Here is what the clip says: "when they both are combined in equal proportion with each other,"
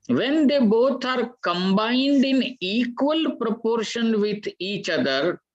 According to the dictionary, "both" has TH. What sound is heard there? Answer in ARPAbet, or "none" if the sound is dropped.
T